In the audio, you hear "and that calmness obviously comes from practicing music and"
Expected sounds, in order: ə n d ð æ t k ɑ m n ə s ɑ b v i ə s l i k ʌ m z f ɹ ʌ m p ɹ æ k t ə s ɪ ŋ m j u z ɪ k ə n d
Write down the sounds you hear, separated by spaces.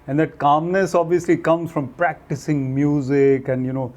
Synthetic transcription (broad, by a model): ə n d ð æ t k ɑ m n ə s ɑ b v i ə s l i k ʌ m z f ɹ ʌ m p ɹ æ k t ə s ɪ ŋ m j u z ɪ k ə n d